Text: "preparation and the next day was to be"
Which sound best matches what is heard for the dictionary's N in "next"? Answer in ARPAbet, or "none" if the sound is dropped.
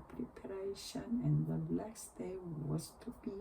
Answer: L